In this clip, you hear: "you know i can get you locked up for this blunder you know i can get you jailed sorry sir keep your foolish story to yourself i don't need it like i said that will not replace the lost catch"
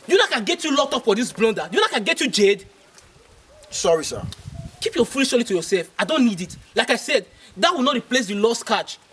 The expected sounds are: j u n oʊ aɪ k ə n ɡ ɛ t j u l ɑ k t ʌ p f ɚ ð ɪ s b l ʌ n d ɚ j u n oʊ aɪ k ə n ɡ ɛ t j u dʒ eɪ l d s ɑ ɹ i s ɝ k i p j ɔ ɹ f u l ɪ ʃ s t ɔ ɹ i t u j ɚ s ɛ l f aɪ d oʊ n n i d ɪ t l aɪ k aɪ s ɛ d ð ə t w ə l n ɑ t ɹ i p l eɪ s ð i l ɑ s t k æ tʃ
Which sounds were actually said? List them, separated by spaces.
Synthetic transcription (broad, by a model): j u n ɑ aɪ k ə n ɡ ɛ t j u l ɑ k t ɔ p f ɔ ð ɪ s b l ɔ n d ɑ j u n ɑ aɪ k ə n ɡ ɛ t j u dʒ eɪ d s ɑ ɹ i s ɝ k i p j ɔ f u l ɪ ʃ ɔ l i t u j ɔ s ɛ l f aɪ d oʊ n n i d ɪ t l aɪ k aɪ s ɛ d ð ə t w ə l n ɑ t ɹ i p l eɪ s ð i l ɑ s t k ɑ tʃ